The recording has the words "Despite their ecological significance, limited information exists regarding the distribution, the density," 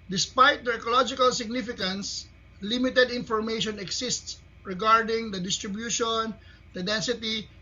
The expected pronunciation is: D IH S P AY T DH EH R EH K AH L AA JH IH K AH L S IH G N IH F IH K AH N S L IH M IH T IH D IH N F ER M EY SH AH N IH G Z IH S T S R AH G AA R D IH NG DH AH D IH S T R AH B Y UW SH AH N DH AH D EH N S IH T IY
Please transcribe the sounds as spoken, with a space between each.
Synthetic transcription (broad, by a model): D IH S P AY T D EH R EH K AH L AA JH IH K AH L S IH G N IH F IH K AH N S L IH M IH T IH D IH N F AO M EY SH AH N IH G S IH S T S R AH G AA R D IH NG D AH D IH S T R AH B Y UW SH AH N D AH D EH N S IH T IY